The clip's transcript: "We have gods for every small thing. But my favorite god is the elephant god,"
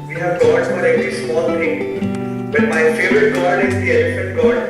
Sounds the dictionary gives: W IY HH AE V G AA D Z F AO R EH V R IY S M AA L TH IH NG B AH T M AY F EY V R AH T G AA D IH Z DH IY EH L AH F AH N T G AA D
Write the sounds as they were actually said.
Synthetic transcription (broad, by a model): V IY HH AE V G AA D F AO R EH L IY S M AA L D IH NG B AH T M AY F EY V R AH T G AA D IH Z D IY EH L AH F AH N T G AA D